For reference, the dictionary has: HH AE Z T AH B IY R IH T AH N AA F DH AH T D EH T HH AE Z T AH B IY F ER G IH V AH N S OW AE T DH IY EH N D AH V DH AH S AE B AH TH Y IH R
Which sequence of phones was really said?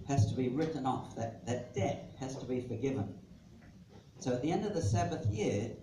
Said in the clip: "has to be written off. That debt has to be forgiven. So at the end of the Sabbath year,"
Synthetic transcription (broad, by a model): HH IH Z T AH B IY R IH T N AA F DH AH T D EH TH HH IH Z T AH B IY F ER G IH V AH N S OW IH T DH IY EH N D AH V DH AH S AE B AH TH Y IH R